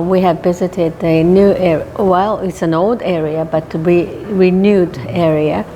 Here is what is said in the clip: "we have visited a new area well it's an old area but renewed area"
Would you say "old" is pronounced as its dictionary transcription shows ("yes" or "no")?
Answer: yes